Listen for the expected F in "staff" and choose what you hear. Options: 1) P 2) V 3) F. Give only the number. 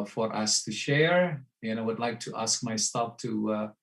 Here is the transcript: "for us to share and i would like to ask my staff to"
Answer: 1